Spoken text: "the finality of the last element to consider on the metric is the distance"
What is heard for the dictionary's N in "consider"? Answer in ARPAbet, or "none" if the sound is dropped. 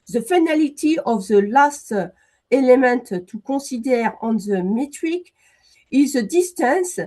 none